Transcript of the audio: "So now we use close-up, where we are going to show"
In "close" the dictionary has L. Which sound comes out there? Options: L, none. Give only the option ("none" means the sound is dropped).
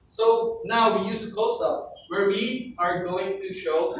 none